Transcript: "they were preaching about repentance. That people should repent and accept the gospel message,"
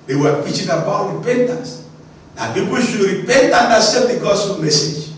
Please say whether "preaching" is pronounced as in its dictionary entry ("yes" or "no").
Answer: no